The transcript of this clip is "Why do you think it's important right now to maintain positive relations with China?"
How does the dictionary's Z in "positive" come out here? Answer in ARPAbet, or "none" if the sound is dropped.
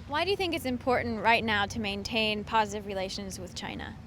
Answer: Z